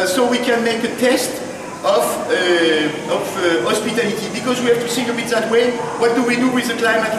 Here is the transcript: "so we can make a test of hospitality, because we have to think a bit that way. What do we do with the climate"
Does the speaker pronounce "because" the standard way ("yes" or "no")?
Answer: yes